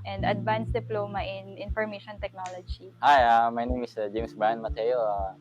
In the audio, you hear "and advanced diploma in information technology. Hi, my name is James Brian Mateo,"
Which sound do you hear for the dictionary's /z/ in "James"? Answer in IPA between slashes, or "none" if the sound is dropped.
/s/